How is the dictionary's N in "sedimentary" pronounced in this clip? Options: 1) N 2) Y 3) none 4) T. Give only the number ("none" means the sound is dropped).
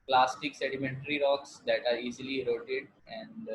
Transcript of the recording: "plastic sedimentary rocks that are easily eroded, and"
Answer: 1